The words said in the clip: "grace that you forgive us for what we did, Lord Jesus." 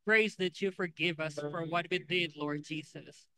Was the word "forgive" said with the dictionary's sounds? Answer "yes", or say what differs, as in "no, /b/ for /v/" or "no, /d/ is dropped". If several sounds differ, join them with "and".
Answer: yes